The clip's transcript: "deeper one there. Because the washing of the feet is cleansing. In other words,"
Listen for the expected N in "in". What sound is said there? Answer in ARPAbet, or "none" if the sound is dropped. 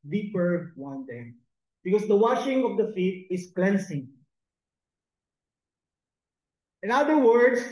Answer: N